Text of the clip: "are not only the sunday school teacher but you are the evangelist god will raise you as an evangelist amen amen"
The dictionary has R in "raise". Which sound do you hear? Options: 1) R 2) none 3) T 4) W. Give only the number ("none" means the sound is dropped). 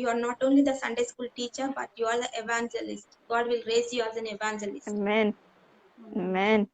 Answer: 1